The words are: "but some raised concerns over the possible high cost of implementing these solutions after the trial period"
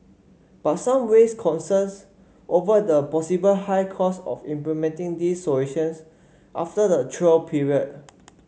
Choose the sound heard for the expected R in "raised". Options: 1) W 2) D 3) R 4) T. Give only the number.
1